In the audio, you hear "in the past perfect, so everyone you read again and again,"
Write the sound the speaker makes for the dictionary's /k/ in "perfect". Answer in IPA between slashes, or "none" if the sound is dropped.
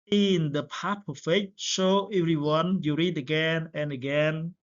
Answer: none